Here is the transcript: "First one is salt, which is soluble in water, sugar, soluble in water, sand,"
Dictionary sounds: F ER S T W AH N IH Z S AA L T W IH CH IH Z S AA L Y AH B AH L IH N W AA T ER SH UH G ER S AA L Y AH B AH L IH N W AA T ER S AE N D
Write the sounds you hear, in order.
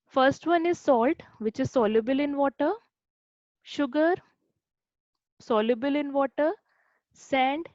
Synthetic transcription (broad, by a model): F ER S T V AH N IH Z S AA L T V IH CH IH Z S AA L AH B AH L IH N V AA T ER SH UH G ER S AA L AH B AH L IH N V AA T ER S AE N D